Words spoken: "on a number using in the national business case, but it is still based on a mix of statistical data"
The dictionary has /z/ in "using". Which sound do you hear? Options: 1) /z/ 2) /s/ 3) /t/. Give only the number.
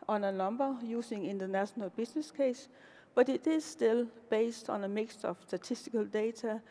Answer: 2